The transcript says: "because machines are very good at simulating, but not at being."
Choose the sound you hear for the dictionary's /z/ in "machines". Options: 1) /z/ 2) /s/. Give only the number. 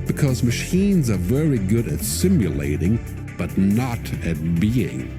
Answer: 1